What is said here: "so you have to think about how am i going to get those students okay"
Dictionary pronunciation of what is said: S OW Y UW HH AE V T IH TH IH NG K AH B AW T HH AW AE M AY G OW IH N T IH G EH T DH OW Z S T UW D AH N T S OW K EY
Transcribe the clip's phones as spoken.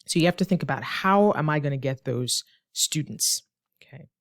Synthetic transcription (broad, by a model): S OW Y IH HH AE F T IH TH IH NG K AH B AW T HH AW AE M AY G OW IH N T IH G EH T DH OW Z S T UW D N T S OW K EY